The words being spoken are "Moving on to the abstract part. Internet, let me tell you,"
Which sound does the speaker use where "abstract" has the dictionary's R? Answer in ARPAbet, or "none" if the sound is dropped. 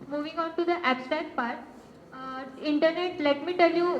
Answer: none